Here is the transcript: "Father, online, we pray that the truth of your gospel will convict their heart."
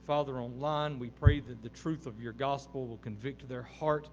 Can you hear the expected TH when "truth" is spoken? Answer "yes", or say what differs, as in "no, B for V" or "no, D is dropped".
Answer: yes